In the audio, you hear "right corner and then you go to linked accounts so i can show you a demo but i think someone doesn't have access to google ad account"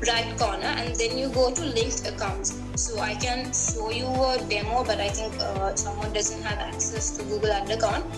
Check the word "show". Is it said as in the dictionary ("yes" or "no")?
no